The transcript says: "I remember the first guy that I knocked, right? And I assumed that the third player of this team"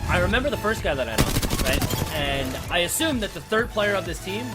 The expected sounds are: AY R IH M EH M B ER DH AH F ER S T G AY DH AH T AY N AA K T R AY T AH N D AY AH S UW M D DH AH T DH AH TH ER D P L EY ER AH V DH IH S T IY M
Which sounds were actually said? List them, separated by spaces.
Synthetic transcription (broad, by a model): AY R IH M EH M B ER DH AH F ER S T G AY DH AH T AY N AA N R AY T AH N AY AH S UW M DH AH T DH AH TH ER D P L EY ER AH V DH IH S T IY M